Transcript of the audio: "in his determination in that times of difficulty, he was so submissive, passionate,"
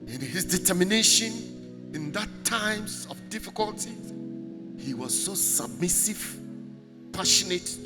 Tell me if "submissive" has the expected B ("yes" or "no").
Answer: yes